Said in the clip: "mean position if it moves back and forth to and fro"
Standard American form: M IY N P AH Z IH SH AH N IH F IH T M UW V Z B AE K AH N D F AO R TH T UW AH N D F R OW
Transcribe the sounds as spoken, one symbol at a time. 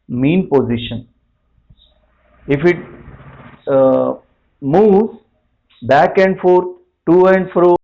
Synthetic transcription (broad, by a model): M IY N P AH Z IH SH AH N IH F IH T M UW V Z B AE K AH N D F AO R T T UW AH N D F R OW